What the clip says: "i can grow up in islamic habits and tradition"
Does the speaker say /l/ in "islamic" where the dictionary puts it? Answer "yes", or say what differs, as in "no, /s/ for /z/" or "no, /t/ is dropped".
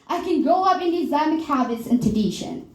no, /l/ is dropped